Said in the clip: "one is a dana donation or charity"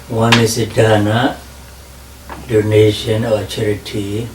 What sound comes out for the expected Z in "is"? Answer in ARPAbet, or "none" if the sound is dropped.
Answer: S